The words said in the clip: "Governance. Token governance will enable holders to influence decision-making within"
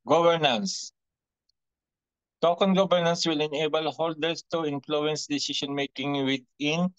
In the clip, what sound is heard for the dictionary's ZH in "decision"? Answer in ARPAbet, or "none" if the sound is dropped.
SH